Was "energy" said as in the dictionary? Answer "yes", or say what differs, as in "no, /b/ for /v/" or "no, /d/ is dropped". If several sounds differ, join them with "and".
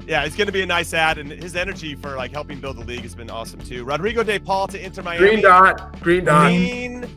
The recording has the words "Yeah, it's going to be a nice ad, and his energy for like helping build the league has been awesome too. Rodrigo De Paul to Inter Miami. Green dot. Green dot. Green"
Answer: yes